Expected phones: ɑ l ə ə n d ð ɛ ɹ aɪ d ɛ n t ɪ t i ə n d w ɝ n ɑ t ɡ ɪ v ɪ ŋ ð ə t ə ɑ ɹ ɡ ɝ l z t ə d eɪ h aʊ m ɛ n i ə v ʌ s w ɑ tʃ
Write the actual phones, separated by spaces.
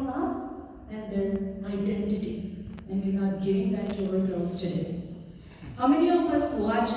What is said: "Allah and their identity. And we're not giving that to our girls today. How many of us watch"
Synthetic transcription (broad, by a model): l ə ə n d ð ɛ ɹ aɪ d ɛ n t ɪ t i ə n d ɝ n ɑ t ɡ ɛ ɪ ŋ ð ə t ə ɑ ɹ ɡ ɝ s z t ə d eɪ h aʊ m ɛ n i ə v ʌ s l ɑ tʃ